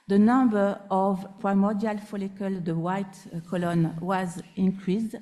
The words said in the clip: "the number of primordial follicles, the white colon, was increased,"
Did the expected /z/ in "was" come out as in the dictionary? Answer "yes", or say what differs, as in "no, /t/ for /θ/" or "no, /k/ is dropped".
yes